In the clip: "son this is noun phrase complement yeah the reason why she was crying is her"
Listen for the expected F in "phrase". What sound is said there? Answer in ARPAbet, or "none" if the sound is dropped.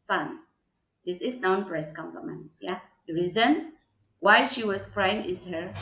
P